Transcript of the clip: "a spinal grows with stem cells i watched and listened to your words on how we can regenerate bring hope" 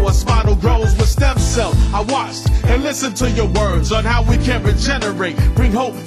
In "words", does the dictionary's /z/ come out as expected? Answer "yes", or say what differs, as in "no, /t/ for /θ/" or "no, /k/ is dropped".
yes